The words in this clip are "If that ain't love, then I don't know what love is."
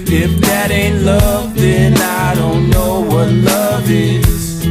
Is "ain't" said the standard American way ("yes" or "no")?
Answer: yes